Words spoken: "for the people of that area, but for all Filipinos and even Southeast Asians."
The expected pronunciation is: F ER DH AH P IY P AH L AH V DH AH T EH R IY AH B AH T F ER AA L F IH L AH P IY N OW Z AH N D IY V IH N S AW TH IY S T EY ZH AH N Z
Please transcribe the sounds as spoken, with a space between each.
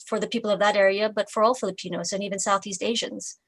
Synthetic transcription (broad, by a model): F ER DH AH P IY P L AH V DH AH T EH R IY AH B AH T F ER AA L F IH L AH P IY N OW Z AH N IY V IH N S AW TH IY S T EY ZH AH N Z